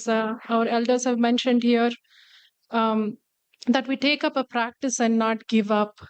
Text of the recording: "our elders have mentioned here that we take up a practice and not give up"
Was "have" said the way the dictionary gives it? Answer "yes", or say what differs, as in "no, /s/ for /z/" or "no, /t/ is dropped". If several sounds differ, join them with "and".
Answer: yes